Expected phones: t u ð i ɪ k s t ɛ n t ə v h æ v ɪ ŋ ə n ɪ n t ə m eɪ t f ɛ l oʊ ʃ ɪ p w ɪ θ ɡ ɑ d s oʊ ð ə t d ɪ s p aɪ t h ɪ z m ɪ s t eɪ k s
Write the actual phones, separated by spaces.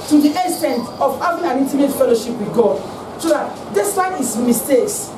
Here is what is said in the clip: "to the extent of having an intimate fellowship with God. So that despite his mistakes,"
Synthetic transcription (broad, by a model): t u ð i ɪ s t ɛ n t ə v h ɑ v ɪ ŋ ə n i n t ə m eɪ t f ɛ l oʊ ʃ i p w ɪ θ ɡ ɑ d s oʊ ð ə t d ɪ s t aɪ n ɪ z m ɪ s t eɪ k s